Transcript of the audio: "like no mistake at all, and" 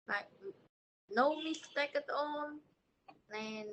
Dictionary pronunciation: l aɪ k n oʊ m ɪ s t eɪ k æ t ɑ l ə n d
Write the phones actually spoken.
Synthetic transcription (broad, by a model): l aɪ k n oʊ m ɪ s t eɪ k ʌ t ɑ n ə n